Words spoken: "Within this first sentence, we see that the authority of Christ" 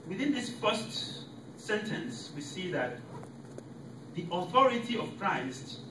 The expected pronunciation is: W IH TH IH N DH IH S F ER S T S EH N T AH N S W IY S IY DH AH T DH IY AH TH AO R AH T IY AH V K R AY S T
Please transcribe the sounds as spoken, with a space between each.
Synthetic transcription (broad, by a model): W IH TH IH N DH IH S F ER S T S EH N T AH N S W IY S IY DH AH T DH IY AH TH AO R AH T IY AH V K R AY S T